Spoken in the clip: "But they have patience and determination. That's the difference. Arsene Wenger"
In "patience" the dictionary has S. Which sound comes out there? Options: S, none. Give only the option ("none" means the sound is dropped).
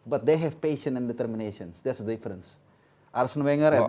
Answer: none